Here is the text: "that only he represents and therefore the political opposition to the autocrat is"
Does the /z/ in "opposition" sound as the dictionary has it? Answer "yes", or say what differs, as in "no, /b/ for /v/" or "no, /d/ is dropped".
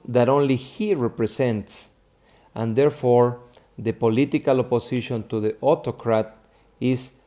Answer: no, /s/ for /z/